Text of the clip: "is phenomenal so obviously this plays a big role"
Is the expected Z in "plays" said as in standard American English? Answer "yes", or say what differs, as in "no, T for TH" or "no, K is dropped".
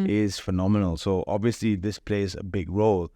yes